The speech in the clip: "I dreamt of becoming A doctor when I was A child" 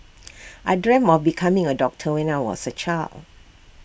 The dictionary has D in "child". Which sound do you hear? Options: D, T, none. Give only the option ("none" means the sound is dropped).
none